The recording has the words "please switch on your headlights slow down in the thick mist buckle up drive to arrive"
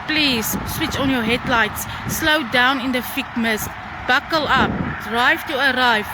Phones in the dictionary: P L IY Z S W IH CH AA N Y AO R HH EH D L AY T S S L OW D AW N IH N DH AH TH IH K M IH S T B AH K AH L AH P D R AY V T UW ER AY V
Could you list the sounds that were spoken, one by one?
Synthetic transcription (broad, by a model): P L IY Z S W IH CH AA N Y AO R HH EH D L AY T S S L OW D AW N IH N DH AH F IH K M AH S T B AH K AH L AH P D R AY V T UW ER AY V